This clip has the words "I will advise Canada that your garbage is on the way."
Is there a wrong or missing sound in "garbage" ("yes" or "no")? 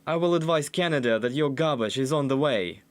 yes